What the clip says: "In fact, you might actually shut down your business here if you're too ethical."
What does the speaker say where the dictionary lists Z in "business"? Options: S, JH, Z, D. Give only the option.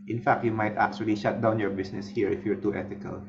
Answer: S